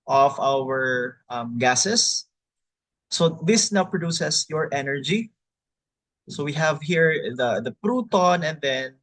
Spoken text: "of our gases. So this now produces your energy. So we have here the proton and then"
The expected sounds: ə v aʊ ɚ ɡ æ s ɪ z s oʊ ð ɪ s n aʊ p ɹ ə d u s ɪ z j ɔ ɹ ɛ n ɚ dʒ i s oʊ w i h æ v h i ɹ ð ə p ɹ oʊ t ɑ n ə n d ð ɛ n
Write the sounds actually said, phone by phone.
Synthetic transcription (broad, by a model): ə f aʊ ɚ ɡ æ s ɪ s oʊ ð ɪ s n aʊ p ɹ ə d u s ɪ s j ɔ ɹ ɛ n ɚ dʒ i s oʊ w i h æ v h i ɹ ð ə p ɹ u t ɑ n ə n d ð ɛ n